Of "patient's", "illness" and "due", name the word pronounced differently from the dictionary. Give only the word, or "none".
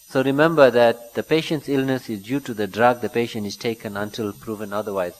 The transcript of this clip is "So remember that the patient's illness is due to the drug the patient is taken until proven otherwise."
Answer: none